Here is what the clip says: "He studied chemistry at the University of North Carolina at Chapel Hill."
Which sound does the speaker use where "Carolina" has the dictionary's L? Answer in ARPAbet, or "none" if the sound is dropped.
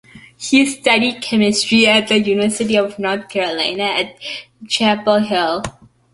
L